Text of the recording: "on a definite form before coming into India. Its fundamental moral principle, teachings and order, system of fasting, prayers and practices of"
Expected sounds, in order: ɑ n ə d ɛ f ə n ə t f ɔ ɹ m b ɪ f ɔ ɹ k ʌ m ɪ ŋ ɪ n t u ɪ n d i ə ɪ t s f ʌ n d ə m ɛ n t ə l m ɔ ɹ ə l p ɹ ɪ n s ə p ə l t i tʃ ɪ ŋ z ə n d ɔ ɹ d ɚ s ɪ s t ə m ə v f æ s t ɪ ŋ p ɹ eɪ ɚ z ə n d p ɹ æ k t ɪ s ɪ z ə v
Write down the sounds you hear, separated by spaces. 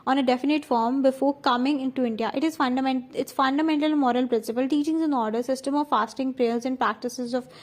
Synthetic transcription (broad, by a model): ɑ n ə d ɛ f ə n ə t f ɔ ɹ m b ɪ f ɔ ɹ k ʌ m ɪ ŋ ɪ n t u ɪ n d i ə ɪ t s f ʌ n d ə m ɛ n t ə l m ɔ ɹ ə l p ɹ ɪ n s ə p ə l t i tʃ ɪ ŋ z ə n ɔ ɹ d ɚ s ɪ s t ə m ə v f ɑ s t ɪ ŋ p ɹ eɪ ɚ z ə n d p ɹ æ k t ɪ s ɪ z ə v